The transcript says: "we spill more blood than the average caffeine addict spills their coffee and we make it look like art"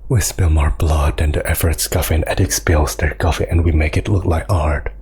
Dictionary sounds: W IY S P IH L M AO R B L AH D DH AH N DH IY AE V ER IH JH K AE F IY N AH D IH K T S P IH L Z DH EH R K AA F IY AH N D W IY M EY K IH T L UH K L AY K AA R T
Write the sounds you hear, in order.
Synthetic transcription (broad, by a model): W IY S P IH L M AO R B L AH D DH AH N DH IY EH F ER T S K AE F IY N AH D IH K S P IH L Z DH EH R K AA F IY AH N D W IY M EY K IH T L UH K L AY K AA R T